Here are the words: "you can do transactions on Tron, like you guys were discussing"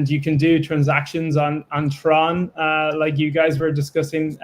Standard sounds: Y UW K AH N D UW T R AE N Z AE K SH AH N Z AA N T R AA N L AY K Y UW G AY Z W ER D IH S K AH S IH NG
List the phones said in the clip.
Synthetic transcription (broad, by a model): Y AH K AH N D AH T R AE N Z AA K SH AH N Z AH N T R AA N L AY K Y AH G AY Z W ER D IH S K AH S IH NG